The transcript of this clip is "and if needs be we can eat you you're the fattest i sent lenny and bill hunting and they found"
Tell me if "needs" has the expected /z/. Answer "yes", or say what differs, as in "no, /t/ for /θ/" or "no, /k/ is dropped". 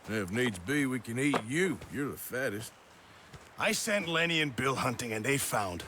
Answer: yes